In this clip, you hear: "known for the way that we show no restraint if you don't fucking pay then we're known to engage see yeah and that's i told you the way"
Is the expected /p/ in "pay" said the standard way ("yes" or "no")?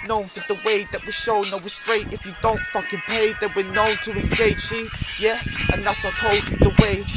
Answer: yes